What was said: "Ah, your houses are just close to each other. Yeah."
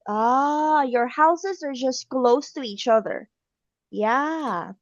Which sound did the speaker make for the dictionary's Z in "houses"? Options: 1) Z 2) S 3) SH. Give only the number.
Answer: 1